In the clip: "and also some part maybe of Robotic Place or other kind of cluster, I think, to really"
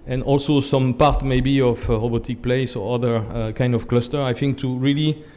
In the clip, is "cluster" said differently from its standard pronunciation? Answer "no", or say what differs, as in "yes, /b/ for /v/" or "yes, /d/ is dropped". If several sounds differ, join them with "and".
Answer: no